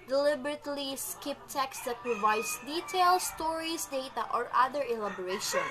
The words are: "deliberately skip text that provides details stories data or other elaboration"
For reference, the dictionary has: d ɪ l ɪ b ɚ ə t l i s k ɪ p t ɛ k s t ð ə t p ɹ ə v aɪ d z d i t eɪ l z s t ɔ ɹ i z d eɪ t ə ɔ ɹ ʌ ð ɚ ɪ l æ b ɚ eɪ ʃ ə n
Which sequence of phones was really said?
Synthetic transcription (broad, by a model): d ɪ l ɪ b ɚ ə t l i s k ɪ p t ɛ k s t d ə t p ɹ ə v aɪ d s d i t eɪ l s t ɔ ɹ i s d eɪ t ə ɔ ɹ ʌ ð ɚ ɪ l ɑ b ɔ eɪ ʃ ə n